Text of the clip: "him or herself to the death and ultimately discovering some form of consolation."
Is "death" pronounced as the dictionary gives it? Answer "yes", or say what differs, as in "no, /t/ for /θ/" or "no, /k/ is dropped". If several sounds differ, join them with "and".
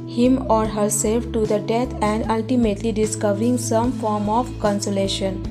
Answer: no, /t/ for /θ/